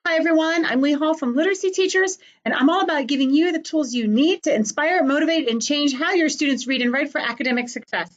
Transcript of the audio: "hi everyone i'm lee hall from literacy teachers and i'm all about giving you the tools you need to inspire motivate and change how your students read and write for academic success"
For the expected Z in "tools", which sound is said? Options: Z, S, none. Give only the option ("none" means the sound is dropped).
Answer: Z